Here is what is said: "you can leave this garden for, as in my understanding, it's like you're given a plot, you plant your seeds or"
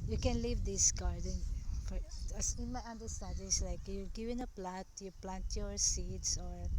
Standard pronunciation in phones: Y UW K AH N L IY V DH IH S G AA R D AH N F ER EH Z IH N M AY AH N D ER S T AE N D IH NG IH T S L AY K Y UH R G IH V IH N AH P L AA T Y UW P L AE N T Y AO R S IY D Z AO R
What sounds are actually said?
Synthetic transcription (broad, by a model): Y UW K AH N L IY V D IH S G AA R D AH N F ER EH S IH N M AY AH N D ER S T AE N D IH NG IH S L AY K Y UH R G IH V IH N AH P L AA T Y UW P L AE N T Y AO R S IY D S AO R